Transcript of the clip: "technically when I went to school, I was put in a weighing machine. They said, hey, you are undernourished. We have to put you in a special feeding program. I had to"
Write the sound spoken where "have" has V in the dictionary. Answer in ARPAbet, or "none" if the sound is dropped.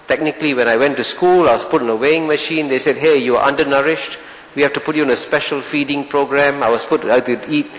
F